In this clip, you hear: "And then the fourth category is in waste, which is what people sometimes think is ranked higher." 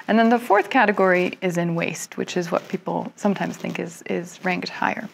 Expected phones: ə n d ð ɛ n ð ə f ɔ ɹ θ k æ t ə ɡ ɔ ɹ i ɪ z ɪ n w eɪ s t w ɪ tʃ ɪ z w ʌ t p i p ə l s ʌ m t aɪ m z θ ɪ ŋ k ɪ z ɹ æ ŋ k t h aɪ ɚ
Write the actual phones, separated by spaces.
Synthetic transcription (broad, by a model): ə n ð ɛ n ð ə f ɔ ɹ θ k æ t ə ɡ ɔ ɹ i ɪ z ɪ n w eɪ s t w ɪ tʃ ɪ z w ʌ t p i p l s ʌ m t aɪ m z θ ɪ ŋ k ɪ z ɹ æ ŋ k t h aɪ ɚ